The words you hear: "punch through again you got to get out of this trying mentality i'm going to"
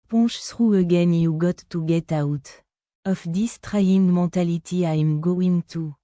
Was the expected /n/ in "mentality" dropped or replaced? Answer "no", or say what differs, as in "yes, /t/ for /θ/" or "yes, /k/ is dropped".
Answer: yes, /n/ is dropped